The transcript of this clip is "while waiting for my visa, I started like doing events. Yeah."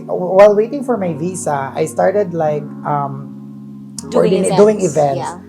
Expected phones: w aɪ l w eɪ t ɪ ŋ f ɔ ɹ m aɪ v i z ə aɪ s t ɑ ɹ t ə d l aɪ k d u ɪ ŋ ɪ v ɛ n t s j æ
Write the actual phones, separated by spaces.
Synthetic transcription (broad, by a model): w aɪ l w eɪ t ɪ ŋ f ɔ ɹ m aɪ v i s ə aɪ s t ɑ ɹ t ə d l aɪ k d u ɪ ŋ ɪ v ɛ n t s